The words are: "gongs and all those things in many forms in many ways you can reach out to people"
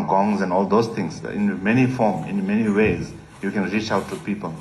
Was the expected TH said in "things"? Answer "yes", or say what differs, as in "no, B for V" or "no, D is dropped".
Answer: no, T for TH